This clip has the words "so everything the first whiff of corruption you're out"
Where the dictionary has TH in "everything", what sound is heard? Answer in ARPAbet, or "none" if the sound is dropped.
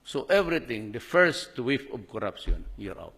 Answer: T